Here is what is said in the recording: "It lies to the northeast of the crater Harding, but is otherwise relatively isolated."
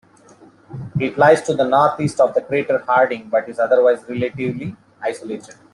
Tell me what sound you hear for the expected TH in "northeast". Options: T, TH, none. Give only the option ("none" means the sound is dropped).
T